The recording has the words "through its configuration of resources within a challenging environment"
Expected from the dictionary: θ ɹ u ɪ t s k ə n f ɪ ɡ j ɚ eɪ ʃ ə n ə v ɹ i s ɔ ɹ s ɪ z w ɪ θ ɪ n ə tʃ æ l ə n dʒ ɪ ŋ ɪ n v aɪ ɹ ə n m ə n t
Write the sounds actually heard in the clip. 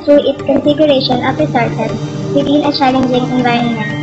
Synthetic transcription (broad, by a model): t ɹ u ɪ t s k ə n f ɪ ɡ j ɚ eɪ ʃ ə n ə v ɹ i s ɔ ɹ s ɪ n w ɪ t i n ə tʃ æ l ə n dʒ ɪ ŋ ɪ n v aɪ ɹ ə n m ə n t